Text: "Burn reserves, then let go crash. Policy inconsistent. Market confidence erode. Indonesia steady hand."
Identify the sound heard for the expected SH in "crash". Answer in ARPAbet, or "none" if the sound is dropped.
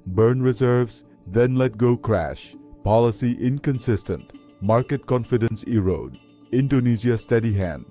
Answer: SH